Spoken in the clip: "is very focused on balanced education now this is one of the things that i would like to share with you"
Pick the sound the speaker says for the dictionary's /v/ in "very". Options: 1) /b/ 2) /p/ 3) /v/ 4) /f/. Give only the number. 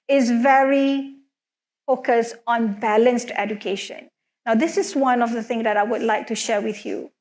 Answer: 3